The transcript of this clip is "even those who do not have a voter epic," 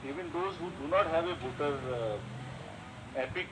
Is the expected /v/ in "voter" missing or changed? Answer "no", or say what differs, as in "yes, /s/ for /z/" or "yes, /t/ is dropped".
yes, /b/ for /v/